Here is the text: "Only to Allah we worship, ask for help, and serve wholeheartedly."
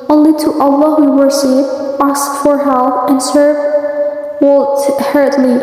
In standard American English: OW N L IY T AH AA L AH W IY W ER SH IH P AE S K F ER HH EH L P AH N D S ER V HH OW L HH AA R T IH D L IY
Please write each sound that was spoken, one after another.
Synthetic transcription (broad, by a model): OW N L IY T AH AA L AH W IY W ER S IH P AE S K F ER HH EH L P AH N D S ER V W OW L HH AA R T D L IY